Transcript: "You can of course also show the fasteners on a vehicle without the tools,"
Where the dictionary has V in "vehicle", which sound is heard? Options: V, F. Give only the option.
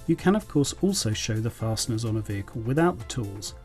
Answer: V